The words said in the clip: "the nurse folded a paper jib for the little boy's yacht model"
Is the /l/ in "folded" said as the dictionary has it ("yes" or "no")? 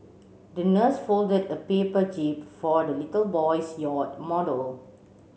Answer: yes